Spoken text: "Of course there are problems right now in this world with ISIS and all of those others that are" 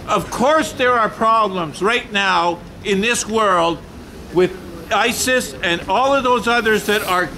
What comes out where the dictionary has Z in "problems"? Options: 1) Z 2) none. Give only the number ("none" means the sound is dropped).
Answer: 1